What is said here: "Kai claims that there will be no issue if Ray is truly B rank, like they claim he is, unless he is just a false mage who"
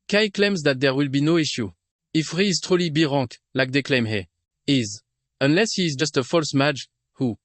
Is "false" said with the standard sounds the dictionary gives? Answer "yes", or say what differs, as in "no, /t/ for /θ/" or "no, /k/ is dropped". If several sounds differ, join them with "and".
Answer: yes